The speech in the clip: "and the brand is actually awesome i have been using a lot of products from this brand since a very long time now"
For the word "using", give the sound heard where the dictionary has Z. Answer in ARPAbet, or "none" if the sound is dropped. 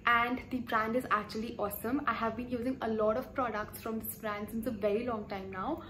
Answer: Z